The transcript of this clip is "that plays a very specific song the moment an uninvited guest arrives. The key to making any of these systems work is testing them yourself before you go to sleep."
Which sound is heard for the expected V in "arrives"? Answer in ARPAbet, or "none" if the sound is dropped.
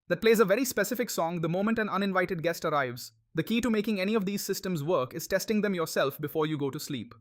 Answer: V